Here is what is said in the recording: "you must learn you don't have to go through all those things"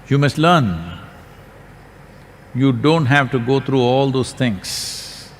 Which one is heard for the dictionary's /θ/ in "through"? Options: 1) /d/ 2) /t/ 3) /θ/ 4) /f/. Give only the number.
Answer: 2